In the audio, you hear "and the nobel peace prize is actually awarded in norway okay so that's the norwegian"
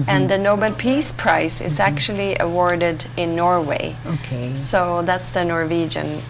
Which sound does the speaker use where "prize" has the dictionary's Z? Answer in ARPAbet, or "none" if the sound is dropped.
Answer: S